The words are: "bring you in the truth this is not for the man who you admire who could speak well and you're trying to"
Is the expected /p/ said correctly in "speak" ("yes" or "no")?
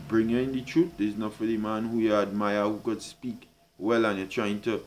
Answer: yes